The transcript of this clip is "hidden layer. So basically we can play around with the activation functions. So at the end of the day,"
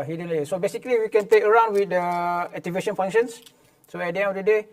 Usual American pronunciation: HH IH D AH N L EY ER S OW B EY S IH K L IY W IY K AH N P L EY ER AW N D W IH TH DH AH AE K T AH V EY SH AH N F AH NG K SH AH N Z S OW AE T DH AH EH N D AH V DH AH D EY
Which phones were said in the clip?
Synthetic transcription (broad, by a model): HH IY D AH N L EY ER S OW B EY S IH K L IY W IY K AH N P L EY ER AW N D W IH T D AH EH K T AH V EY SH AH N F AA NG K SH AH N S S OW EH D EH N AH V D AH D EY